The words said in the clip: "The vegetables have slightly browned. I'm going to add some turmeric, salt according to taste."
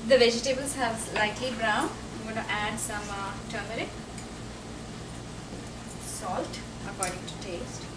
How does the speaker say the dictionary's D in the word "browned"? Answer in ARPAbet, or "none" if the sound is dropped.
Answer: none